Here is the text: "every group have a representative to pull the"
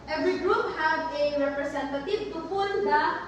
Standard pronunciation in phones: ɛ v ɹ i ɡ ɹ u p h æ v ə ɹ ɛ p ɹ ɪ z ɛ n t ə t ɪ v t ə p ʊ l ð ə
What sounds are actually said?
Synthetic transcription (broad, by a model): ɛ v ɹ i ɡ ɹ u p h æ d ə ɹ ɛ p ɹ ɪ s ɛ n t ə t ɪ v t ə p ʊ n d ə